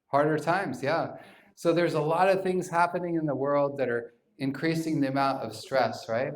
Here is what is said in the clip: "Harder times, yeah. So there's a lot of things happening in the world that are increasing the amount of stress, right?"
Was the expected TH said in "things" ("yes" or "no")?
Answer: yes